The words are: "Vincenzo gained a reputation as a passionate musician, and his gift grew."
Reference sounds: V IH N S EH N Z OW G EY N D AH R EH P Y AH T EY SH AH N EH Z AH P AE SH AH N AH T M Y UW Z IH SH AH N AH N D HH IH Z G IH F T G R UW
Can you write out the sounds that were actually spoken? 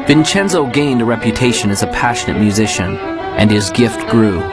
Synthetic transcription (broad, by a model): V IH N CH EH N Z OW G EY N D AH R EH P Y AH T EY SH AH N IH Z AH P AE SH AH N AH T M Y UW Z IH SH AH N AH N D IH Z G IH F T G R UW